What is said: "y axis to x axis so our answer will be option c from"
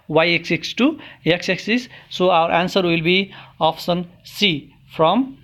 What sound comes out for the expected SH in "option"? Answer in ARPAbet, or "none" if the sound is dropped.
S